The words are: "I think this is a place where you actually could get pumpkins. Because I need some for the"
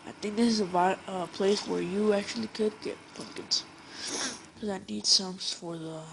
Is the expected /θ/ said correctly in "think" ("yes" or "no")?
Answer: yes